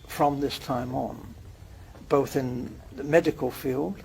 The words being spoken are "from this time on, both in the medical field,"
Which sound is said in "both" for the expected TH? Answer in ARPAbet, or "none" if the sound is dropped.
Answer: TH